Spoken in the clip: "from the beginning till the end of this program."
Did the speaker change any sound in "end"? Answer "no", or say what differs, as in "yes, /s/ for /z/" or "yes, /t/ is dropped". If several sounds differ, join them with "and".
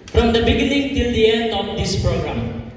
yes, /d/ is dropped